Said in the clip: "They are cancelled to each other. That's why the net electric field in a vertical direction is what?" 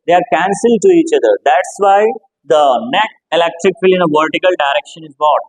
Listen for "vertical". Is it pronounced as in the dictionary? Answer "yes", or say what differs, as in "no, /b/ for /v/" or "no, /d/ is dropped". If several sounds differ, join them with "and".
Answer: yes